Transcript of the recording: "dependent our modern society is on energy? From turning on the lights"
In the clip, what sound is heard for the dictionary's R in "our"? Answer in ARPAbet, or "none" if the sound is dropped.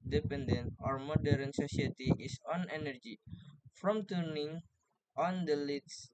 R